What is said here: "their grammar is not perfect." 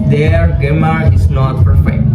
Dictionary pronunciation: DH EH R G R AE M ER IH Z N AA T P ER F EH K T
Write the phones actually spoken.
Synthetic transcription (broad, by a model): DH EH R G EH M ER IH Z N AA T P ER F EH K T